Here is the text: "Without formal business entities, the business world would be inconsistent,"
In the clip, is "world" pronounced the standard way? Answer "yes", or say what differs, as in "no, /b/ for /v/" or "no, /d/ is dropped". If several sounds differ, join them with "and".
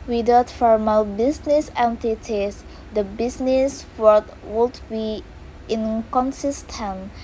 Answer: no, /l/ is dropped